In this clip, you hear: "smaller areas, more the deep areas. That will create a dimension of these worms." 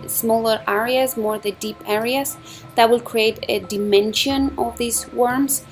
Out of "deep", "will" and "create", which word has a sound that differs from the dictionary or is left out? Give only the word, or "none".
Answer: none